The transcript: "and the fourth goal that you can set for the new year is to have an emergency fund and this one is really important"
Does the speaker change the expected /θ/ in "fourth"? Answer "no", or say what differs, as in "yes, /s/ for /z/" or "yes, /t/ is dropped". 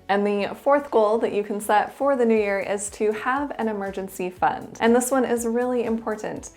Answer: no